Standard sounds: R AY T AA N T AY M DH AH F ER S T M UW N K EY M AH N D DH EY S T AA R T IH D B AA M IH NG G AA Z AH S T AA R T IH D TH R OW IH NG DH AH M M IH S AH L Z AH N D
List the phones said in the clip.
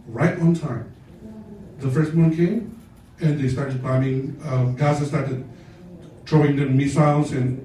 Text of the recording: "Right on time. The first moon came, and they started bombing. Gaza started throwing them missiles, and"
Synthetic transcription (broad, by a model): R AY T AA N T AY M DH AH F ER S T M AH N K EY M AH N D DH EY S T AA R T IH D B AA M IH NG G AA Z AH S T AA R T IH D T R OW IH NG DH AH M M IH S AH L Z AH N